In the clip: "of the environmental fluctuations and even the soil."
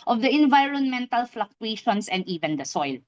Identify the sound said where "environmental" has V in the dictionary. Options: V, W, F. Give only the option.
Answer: V